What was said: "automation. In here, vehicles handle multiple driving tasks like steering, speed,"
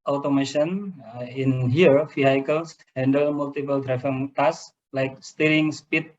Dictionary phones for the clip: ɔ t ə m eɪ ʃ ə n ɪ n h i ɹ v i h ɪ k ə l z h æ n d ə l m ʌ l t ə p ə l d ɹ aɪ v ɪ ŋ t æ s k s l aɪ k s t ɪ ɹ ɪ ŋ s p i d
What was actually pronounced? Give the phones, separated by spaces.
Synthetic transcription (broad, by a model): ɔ t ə m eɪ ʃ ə n ɪ n h i ɹ f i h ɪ k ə l s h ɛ n d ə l m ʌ l t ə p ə l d ɹ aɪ f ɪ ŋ t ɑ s s l aɪ k s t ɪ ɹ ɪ ŋ s p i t